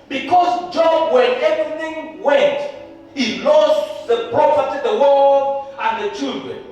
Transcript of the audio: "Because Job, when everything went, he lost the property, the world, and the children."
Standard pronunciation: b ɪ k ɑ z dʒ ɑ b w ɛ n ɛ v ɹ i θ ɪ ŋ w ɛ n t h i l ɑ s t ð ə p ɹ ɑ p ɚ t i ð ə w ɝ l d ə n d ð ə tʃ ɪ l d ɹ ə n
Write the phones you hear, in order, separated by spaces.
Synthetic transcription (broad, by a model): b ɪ k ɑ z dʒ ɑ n w ɛ n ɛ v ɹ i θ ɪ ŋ w ɛ n t h i l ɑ s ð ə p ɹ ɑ f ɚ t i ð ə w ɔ d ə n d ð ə tʃ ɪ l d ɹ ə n